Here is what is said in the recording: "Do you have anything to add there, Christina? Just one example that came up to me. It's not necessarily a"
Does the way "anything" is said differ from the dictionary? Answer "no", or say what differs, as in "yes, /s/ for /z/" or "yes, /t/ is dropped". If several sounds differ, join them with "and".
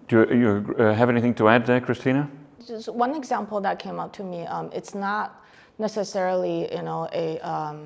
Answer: no